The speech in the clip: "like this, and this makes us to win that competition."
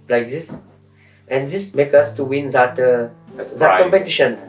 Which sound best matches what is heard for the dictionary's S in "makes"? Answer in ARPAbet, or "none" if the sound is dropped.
none